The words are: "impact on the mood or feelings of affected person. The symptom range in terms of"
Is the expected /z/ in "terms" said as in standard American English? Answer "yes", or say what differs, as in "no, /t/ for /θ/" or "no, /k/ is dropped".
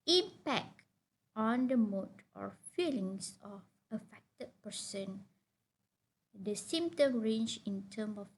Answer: no, /z/ is dropped